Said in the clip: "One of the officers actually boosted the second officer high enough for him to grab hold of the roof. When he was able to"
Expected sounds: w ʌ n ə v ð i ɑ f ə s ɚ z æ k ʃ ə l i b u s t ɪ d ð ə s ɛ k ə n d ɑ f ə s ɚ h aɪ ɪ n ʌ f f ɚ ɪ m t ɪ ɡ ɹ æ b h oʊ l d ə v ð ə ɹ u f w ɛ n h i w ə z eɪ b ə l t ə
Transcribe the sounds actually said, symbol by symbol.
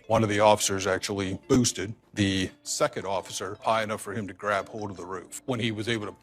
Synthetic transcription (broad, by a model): w ʌ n ə v ð i ɑ f ə s ɚ z æ k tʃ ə l i b u s t ɪ d ð ə s ɛ k ə n d ɑ f ə s ɚ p aɪ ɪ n ʌ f f ɚ ɪ m t ɪ ɡ ɹ æ b h oʊ l d ə v ð ə ɹ u f w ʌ n i w ə z eɪ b l t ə